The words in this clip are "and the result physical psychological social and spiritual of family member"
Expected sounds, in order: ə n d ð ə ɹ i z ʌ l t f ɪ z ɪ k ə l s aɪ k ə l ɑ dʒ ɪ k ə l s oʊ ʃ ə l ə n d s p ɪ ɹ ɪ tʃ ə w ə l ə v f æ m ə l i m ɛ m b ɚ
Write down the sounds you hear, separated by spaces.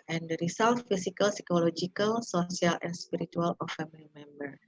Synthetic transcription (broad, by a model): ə n d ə ɹ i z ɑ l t f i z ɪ k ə l s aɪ k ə l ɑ dʒ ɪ k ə l s oʊ s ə l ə n s p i ɹ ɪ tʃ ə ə l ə f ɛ m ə l i m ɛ m b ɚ